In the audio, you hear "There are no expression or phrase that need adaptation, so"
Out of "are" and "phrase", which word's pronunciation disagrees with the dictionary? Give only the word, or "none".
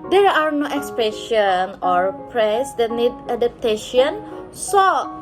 phrase